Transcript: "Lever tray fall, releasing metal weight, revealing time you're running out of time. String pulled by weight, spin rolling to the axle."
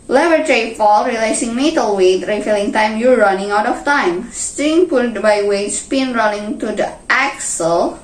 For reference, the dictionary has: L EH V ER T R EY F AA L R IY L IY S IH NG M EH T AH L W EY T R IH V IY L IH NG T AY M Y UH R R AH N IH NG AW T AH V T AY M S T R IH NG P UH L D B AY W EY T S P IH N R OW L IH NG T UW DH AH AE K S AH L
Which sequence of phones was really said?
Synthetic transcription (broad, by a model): L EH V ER T R EY F AA L R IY L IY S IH NG M EH T AH L W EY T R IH F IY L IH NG T AY M Y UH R R AH N IH NG AW T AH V T AY M S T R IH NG P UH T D B AY W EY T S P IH N R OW N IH NG T UW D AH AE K S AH L